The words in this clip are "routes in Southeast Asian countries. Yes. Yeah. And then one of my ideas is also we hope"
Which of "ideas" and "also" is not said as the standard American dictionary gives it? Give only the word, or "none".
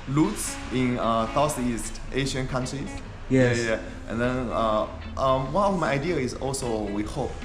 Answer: ideas